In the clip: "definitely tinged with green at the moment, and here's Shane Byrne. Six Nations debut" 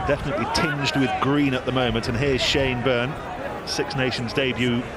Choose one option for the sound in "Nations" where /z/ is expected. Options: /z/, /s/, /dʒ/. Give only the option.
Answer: /z/